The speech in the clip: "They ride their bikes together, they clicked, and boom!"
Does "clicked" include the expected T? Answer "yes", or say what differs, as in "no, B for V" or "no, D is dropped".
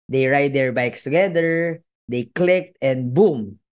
yes